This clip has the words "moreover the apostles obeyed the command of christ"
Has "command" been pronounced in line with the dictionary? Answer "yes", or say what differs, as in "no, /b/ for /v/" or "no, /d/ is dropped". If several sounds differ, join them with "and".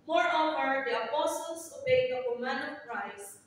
no, /d/ is dropped